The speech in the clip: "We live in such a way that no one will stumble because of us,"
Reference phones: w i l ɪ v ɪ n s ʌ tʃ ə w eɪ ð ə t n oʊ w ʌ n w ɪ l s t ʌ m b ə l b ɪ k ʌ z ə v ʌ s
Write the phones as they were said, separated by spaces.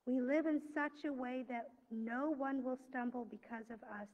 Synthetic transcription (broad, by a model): w i l ɪ v ɪ n s ʌ tʃ ə w eɪ ð ə t n oʊ w ʌ n w ɪ l s t ʌ m b l b ɪ k ʌ z ə v ʌ s